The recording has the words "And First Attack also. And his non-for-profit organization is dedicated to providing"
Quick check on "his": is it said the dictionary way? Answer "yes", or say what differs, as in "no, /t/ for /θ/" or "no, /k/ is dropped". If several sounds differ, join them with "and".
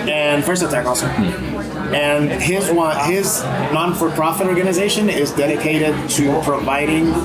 yes